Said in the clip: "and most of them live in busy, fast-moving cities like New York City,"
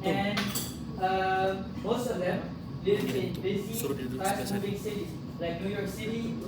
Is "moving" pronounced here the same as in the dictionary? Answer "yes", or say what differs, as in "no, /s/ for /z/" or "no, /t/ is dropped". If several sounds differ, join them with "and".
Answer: no, /b/ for /v/